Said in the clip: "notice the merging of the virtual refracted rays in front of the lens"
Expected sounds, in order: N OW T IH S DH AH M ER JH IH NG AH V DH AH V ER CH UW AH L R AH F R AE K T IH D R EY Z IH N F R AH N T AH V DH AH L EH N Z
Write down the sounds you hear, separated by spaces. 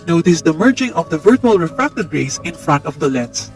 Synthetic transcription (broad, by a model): N OW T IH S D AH M ER JH IH NG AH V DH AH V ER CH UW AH L R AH F R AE K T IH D R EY S IH N F R AH N T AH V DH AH L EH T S